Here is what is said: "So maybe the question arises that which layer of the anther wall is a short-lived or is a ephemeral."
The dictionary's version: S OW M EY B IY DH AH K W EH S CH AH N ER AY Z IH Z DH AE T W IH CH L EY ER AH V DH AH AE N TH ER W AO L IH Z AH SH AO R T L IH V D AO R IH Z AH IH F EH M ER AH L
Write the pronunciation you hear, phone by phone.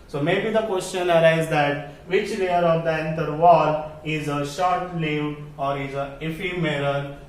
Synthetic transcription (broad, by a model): S OW M EY B IY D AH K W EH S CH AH N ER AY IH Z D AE T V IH CH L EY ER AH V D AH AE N T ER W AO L IH Z AH SH AO R T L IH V AO R IH Z AH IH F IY M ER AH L